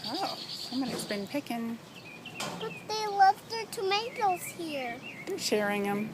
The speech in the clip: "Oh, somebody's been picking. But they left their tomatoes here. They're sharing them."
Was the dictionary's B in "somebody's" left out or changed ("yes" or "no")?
yes